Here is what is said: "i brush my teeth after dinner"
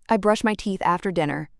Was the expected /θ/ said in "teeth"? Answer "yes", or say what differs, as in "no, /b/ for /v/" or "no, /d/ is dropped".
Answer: yes